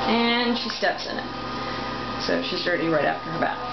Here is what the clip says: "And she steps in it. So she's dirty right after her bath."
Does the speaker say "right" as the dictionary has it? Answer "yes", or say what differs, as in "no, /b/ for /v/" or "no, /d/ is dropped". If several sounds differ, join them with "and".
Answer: yes